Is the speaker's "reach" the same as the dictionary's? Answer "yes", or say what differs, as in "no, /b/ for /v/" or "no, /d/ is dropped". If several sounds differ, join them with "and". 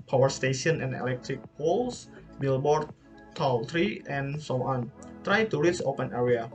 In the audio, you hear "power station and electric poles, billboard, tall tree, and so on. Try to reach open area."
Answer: no, /s/ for /tʃ/